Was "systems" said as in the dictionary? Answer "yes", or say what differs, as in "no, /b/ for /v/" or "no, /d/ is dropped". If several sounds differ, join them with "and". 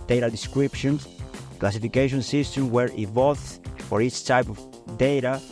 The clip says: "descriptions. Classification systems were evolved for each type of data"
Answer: no, /z/ is dropped